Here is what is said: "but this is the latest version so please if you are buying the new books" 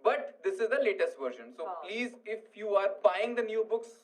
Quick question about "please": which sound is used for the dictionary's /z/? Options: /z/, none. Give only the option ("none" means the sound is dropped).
/z/